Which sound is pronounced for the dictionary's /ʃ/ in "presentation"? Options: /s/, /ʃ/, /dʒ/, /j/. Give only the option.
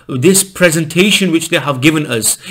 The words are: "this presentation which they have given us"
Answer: /ʃ/